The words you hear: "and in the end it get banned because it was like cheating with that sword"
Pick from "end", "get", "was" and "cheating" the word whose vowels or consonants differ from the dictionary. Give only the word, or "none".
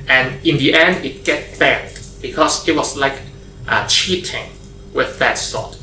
was